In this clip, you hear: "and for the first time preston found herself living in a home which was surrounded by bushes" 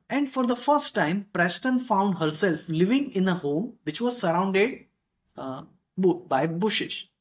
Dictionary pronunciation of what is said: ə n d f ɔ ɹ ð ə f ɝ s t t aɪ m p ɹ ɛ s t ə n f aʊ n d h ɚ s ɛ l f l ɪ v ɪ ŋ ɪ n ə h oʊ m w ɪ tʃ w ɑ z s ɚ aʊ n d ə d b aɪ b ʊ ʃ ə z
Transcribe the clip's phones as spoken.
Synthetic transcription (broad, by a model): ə n d f ɔ ɹ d ə f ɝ s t t aɪ m p ɹ ɛ s t ə n f aʊ n d h ɚ s ɛ l f l ɪ v ɪ ŋ ɪ n ə h oʊ m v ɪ tʃ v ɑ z s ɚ aʊ n d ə d b aɪ b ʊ ʃ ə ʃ